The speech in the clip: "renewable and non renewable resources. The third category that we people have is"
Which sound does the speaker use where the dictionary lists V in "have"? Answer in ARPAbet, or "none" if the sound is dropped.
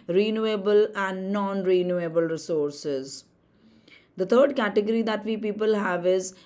V